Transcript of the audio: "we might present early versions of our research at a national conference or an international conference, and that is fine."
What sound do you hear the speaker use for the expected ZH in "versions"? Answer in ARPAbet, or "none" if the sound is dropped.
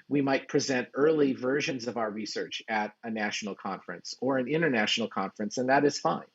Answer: ZH